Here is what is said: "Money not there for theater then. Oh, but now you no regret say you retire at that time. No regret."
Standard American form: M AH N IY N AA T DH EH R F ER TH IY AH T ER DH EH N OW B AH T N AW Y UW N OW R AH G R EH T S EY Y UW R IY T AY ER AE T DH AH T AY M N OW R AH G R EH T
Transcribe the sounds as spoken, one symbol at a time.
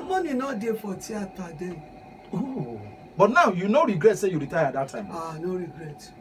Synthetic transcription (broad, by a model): M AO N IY N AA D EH F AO T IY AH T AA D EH OW B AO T N AW Y UW N OW R AH G R EH T S EY Y UW R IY T AY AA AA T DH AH T AY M N OW R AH G R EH T